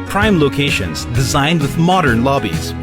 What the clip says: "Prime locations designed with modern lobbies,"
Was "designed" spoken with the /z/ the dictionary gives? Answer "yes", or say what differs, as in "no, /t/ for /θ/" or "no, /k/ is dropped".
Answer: yes